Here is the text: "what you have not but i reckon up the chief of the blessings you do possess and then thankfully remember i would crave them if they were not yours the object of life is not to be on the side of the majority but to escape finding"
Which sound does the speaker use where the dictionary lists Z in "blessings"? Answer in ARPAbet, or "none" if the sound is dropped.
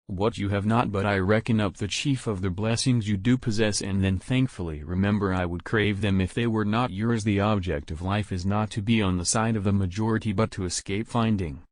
Z